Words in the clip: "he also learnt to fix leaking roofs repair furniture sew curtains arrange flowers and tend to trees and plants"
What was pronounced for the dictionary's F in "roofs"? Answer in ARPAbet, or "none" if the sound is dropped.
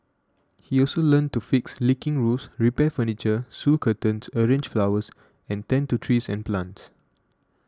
none